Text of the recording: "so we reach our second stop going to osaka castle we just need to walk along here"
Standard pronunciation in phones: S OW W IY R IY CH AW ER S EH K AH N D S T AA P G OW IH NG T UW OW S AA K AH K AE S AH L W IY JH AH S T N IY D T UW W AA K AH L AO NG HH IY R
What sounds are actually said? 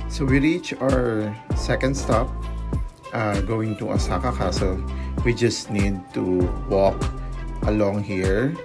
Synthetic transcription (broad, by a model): S OW W IY R IY CH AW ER S EH K AH N D S T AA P G OW IH NG T UW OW S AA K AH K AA S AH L W IY JH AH S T N IY D T UW W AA K AH L AO NG HH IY R